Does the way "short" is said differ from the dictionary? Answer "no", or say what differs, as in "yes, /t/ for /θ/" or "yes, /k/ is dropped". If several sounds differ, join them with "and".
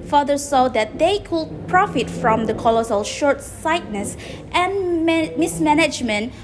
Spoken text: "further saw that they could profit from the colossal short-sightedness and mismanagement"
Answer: no